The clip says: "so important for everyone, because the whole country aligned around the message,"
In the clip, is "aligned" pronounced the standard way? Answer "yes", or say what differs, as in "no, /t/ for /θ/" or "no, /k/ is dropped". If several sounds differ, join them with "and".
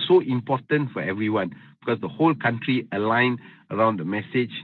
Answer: no, /d/ is dropped